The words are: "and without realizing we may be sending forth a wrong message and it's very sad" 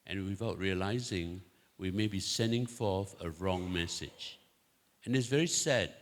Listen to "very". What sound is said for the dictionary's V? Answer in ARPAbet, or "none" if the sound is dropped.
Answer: V